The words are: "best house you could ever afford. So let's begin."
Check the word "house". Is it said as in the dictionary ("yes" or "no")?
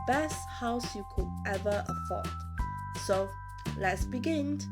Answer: yes